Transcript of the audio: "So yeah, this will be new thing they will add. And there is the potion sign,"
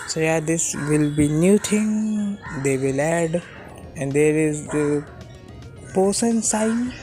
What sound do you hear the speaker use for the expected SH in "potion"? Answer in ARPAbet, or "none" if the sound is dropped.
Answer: S